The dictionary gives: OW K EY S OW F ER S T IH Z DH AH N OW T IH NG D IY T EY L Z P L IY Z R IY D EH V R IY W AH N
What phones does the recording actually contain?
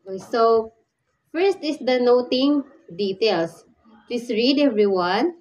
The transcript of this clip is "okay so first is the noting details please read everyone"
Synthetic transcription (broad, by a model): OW S OW F ER S T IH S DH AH N OW T IH NG D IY T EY L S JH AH S R IY D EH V R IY W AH N